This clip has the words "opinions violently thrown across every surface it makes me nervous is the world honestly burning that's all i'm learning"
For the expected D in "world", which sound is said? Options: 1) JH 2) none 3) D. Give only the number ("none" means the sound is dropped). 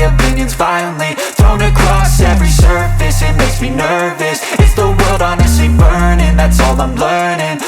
3